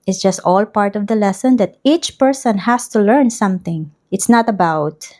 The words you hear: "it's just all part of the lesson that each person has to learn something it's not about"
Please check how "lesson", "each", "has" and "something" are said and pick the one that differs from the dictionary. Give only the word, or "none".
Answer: has